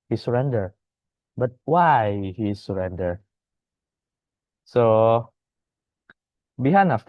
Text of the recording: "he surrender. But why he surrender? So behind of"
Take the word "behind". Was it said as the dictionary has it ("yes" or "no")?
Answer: no